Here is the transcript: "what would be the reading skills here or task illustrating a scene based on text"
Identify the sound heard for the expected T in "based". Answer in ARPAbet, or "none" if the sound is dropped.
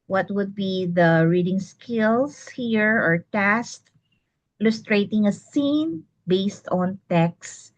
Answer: T